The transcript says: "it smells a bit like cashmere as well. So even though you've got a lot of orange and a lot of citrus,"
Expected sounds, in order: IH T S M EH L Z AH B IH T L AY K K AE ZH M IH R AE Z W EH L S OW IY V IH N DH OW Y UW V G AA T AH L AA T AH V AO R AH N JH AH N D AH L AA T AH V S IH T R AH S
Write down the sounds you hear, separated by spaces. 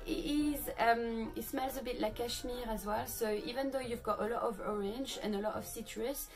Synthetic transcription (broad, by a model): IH T S M EH L Z AH B IH T L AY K K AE SH M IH R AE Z W EH L S OW IY V IH N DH OW Y UW V G AA T AH L AA T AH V AO R AH N JH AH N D AH L AA T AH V S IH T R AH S